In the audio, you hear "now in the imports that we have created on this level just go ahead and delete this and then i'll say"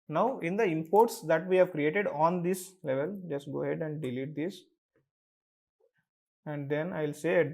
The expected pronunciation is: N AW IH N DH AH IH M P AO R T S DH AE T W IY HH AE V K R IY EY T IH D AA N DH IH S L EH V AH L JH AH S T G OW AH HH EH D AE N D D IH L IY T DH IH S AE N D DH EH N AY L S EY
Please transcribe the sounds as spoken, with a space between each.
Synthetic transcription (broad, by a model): N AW IH N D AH IH M P AO R T S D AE T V IY HH AE V K R IY EY T IH D AA N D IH S L EH V AH L JH AH S T G OW HH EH D AE N D D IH L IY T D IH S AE N D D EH N AY L S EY